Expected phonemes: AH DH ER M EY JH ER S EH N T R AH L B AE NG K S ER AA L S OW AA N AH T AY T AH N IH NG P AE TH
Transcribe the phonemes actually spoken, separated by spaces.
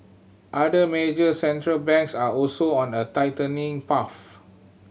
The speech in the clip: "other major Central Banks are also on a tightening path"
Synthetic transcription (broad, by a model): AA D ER M EY JH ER S EH N T R AH L B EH NG K S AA AA L S OW AA N AH T AY T AH N IH NG P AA F